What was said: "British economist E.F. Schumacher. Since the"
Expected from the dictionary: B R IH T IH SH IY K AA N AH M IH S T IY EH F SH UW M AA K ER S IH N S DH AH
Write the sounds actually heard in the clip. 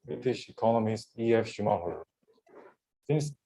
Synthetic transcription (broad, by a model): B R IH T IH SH IY K AA N AH M IH S T IY EH F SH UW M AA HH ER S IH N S